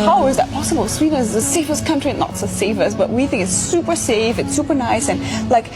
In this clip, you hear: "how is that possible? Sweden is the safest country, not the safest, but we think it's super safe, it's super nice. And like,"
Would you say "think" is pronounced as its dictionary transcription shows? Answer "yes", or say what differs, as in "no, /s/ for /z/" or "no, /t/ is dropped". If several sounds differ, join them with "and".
yes